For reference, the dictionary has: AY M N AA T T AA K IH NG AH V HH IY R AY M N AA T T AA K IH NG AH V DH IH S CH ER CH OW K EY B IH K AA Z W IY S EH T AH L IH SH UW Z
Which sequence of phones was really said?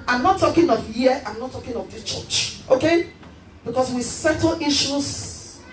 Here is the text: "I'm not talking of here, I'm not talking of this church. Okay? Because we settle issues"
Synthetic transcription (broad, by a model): AY M N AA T T AA K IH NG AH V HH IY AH AY M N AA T T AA K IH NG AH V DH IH CH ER CH OW K EY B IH K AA S W IY S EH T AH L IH SH UW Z